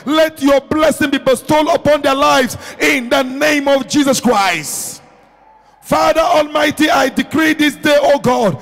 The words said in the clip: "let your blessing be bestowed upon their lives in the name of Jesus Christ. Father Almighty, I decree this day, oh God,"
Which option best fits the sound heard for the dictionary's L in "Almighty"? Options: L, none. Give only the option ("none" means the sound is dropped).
L